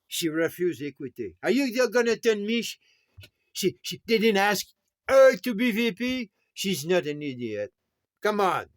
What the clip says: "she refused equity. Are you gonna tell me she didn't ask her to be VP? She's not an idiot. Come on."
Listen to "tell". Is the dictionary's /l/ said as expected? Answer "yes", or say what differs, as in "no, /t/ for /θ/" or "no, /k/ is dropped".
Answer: no, /n/ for /l/